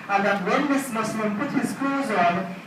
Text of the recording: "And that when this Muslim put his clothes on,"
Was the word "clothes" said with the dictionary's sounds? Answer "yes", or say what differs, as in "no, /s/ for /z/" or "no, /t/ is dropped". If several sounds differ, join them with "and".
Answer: no, /l/ is dropped